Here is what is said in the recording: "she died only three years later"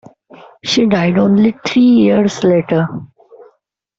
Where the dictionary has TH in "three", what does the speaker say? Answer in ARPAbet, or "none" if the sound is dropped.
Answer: T